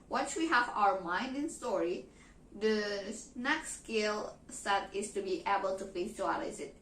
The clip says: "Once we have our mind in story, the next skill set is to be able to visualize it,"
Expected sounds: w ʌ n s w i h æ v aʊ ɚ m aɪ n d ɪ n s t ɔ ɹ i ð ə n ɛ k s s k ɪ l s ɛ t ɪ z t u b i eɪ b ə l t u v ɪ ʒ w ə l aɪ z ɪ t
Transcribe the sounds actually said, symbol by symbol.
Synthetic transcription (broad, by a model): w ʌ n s w i h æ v aʊ ɚ m aɪ n d ɪ n s t ɔ ɹ i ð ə n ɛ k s s k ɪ l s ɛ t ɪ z t u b i eɪ b ə l t u f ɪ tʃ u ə l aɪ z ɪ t